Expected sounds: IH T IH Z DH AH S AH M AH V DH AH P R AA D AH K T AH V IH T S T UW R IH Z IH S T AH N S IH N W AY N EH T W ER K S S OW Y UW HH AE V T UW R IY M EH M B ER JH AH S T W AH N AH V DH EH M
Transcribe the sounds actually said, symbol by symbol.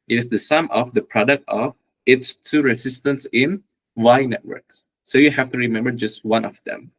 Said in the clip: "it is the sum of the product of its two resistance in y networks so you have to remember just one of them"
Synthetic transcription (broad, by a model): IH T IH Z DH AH S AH M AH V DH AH P R AA D AH K T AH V IH T S T UW R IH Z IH S T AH N S IH N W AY N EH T W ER K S S OW Y UW HH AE F T UW R IY M EH M B ER JH AH S T W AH N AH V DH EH M